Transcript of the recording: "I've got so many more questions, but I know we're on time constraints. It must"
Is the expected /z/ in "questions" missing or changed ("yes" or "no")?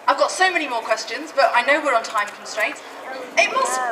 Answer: no